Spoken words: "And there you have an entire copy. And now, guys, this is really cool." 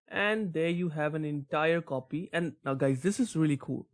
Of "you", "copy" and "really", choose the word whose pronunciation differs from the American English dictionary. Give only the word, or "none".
none